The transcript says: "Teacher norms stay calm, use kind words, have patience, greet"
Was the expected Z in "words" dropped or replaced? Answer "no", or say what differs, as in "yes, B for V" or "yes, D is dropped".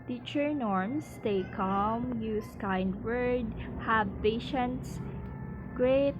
yes, Z is dropped